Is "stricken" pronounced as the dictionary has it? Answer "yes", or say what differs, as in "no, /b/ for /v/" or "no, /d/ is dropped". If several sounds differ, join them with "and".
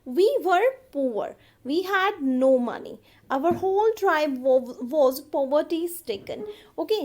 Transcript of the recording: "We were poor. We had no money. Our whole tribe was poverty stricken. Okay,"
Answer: no, /ɹ/ is dropped